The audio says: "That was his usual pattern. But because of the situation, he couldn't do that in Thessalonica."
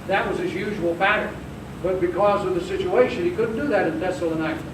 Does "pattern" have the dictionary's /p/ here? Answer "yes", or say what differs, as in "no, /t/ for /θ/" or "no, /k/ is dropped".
no, /b/ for /p/